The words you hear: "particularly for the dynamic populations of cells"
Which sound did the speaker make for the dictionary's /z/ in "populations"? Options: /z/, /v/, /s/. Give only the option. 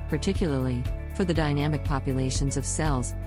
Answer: /z/